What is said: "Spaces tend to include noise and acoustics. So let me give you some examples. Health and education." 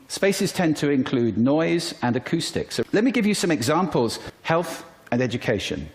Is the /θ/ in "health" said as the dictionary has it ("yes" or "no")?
yes